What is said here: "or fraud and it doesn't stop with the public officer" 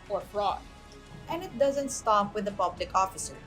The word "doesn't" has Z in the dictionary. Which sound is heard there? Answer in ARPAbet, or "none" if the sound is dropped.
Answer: Z